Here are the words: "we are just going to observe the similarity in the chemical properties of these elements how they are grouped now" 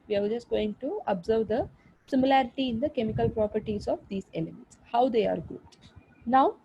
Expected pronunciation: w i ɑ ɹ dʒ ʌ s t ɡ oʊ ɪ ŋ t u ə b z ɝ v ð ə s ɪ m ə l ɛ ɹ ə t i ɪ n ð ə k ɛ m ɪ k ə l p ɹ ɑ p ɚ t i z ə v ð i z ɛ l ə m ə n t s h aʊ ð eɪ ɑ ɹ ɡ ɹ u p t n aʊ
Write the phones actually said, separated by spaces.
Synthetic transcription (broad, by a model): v i ɑ ɹ dʒ ʌ s t ɡ oʊ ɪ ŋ t u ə b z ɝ v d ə s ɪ m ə l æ ɹ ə t i ɪ n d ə k ɛ m ɪ k ə l p ɹ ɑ p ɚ t i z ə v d i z ɛ l ə m ə n t s h aʊ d eɪ ɑ ɹ ɡ u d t n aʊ